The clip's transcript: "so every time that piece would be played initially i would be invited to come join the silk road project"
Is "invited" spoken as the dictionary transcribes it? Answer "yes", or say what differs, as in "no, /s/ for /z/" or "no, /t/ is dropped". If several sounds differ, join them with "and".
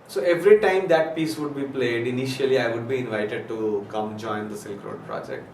yes